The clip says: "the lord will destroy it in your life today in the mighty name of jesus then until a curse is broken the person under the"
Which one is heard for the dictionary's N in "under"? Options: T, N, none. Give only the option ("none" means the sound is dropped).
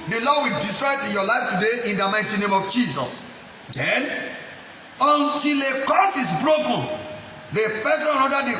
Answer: none